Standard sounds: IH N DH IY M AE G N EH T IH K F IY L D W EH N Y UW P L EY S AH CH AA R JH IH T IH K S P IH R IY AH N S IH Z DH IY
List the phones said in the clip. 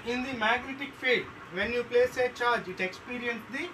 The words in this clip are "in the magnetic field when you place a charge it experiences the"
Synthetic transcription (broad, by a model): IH N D IY M AE G N EH T IH K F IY D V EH N Y UW P L EY S AH CH AA R JH IH T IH K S P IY R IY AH N S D IY